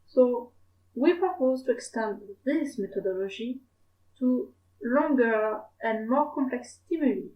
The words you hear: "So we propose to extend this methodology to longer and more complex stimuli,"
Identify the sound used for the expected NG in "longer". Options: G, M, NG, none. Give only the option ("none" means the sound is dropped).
NG